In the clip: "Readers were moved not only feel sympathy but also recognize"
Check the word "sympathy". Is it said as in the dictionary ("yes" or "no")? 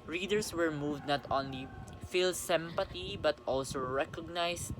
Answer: no